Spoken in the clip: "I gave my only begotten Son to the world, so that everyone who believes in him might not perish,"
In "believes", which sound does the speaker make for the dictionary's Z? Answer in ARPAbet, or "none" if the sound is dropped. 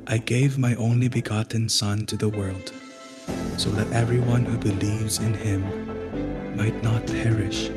Z